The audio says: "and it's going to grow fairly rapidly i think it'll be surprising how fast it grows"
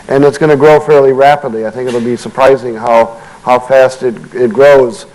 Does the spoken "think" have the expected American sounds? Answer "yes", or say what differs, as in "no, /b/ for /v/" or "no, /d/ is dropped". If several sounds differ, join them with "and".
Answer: yes